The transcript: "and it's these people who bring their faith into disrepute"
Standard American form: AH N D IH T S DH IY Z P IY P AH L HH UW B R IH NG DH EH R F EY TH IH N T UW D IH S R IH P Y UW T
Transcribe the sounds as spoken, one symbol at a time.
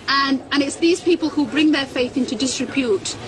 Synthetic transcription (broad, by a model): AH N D IH T S DH IY Z P IY P AH L HH UW B R IH NG DH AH R F EY TH IH N T UW D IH S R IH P Y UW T